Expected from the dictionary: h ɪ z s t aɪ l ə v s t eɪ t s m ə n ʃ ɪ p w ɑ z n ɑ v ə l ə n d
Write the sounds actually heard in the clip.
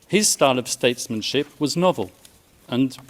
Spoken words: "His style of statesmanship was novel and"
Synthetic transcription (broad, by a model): h ɪ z s t aɪ l ə v s t eɪ t s m ə n ʃ ɪ p w ɑ z n ɑ v ə l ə n